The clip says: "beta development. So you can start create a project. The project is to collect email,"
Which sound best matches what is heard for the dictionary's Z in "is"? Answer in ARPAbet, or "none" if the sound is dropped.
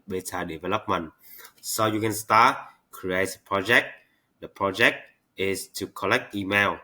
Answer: S